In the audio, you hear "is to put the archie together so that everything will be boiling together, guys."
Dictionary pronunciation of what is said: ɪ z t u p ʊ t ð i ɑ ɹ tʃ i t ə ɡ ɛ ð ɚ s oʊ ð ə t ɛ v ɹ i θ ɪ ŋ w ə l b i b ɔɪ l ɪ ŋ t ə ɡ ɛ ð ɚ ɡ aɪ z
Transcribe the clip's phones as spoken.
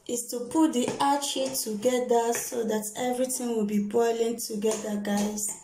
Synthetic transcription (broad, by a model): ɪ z t u p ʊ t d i ɑ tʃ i t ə ɡ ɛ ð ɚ s oʊ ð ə t ɛ v ɹ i t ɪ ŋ w ə l b i b ɔɪ l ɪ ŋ t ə ɡ ɛ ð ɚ ɡ aɪ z